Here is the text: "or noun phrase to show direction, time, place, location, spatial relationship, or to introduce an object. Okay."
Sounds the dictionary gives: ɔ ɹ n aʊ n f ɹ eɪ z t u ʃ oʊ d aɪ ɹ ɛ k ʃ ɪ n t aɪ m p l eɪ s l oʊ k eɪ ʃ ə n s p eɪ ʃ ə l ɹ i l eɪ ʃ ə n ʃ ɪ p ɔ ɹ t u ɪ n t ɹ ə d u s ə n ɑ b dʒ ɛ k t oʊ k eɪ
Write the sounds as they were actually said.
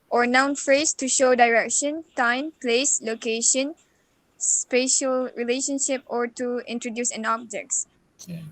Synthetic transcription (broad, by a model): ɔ ɹ n aʊ n f ɹ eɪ s t u ʃ oʊ d aɪ ɹ ɛ k ʃ ɪ n t aɪ m p l eɪ s l oʊ k eɪ ʃ ə n s p eɪ ʃ ə l ɹ i l eɪ ʃ ə n ʃ ɪ p ɔ ɹ t u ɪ n t ɹ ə d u s ə n ɑ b dʒ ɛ k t